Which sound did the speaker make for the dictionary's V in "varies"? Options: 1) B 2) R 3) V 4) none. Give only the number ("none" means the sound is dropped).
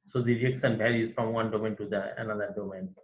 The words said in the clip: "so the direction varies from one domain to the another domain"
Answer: 1